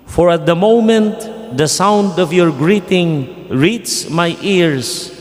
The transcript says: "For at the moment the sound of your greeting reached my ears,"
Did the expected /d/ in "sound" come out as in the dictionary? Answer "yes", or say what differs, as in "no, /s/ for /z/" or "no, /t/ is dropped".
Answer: yes